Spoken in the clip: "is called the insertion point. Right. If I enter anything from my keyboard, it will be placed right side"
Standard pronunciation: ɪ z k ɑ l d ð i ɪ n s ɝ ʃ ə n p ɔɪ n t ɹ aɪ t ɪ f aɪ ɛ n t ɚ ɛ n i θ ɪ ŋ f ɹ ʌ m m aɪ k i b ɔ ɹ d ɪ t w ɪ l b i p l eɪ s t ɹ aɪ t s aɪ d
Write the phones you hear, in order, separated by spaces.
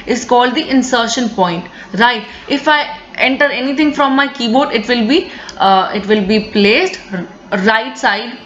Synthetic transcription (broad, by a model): ɪ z k ɑ l d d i ɪ n s ɝ ʃ ə n p ɔɪ n t ɹ aɪ t ɪ f aɪ ɛ n t ɚ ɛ n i t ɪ ŋ f ɹ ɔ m m aɪ k i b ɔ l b ɪ t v ɪ l b i p l eɪ s t ɹ aɪ t s aɪ d